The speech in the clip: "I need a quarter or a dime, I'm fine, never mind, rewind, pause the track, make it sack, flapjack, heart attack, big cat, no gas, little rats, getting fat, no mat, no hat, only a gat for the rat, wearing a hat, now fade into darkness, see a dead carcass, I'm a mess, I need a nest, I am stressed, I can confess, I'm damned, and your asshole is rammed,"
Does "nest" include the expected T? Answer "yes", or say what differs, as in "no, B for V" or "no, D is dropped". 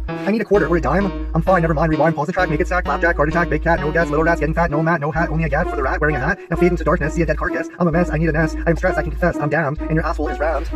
no, T is dropped